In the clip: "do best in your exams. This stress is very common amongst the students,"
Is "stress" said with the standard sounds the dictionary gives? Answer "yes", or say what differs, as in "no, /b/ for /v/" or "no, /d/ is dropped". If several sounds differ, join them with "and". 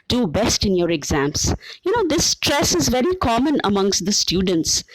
yes